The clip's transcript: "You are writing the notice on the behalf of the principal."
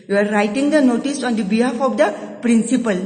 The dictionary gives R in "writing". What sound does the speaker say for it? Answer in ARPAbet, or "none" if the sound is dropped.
R